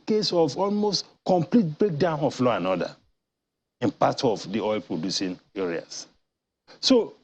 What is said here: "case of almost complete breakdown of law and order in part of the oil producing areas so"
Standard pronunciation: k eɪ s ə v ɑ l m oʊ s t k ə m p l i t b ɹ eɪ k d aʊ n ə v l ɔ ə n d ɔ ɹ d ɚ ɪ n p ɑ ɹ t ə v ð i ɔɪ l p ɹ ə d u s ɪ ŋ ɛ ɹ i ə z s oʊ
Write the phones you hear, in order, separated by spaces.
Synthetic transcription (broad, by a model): k eɪ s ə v ɑ l m oʊ s t k ə m p l i t b ɹ eɪ k d aʊ n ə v l ɔ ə n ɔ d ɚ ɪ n p ɑ t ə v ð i ɔɪ l p ɹ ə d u s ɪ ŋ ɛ ɹ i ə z s oʊ